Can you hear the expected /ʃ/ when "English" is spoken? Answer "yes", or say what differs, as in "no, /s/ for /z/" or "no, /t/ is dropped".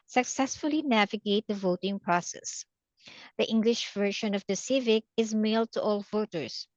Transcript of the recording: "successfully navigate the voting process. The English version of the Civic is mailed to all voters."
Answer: yes